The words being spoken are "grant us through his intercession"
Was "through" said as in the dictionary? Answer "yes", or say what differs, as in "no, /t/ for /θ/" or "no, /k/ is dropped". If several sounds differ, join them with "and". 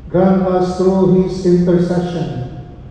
no, /t/ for /θ/